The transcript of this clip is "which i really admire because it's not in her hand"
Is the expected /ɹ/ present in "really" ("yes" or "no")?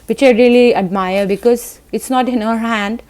yes